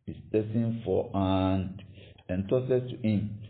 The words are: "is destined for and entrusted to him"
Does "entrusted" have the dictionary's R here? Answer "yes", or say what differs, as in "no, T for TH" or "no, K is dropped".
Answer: no, R is dropped